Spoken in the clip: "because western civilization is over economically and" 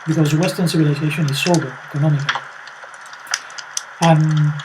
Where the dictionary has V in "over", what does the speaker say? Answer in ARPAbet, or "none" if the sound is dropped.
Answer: B